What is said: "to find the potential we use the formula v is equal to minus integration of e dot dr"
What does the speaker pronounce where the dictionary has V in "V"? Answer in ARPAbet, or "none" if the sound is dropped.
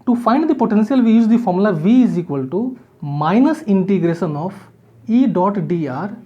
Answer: V